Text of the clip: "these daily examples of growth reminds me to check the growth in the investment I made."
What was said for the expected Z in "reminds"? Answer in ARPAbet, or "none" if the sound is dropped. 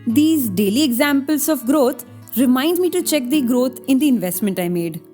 none